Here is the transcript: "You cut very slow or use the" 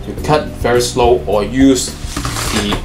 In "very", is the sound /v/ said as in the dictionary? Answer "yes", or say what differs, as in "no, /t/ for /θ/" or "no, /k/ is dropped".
yes